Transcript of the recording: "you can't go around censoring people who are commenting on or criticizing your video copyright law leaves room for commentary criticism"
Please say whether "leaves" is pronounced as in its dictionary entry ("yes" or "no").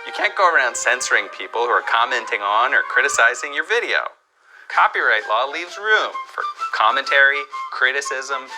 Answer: yes